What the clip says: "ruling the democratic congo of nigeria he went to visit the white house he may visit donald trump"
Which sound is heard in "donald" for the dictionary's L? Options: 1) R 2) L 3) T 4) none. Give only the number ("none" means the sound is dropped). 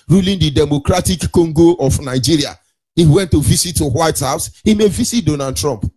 4